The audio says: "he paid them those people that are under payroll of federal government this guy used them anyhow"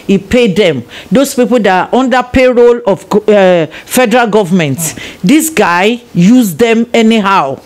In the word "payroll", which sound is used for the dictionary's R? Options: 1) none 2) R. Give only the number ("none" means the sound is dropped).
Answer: 2